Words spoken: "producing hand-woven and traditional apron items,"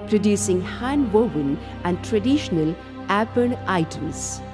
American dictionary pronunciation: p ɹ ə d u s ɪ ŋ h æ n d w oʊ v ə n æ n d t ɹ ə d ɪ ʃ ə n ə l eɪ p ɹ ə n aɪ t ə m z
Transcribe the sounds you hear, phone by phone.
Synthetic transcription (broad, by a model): p ɹ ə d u s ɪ ŋ h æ n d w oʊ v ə n æ n d t ɹ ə d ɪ ʃ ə n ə l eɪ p ə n aɪ t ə m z